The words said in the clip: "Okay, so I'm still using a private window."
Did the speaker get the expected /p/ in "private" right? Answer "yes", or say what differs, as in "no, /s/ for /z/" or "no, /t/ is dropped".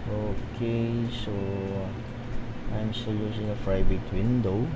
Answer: no, /f/ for /p/